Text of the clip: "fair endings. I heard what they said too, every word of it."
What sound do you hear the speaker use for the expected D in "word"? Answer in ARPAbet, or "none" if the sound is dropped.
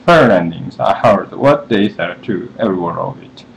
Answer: none